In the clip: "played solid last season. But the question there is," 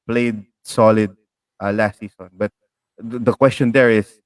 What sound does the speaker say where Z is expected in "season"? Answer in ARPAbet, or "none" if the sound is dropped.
S